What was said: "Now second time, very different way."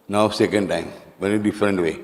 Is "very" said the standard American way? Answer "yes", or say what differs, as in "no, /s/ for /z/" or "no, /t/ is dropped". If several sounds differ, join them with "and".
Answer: no, /ɹ/ is dropped